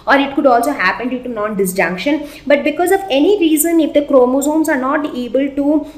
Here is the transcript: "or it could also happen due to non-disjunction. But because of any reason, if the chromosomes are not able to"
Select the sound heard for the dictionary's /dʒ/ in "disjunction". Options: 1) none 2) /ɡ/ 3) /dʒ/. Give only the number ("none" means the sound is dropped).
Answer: 3